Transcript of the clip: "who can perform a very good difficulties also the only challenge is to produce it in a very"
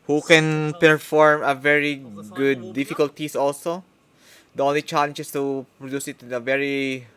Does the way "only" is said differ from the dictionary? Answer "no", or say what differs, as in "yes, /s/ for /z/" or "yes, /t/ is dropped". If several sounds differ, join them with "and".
no